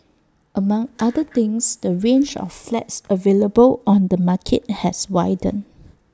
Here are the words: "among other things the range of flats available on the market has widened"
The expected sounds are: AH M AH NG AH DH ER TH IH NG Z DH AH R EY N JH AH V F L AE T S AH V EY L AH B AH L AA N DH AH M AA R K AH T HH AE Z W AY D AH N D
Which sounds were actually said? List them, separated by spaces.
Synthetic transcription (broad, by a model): AH M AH NG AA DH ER T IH NG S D AH R EY N JH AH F L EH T S AH V EY L AH B AH L AA N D AH M AA K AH T HH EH S W AY D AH N